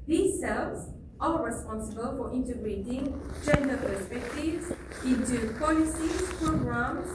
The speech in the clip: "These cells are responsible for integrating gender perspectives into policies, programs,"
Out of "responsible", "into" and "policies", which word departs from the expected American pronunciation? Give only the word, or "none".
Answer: policies